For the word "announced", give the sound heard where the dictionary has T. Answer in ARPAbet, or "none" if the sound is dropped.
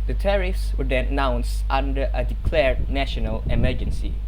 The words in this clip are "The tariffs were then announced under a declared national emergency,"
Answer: T